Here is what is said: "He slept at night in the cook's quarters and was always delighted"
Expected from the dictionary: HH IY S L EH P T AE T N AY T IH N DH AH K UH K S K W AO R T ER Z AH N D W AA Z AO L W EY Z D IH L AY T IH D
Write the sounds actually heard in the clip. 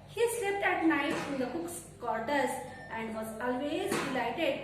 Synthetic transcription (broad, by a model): HH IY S EH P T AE T N AY T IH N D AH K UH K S K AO R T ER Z AH N D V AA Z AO L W EY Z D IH L AY T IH D